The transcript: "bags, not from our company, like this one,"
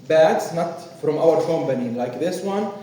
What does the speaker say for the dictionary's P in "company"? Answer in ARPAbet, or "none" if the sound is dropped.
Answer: B